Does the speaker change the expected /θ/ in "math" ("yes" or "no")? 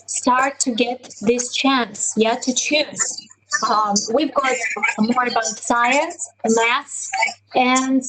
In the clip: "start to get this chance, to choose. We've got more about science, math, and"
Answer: yes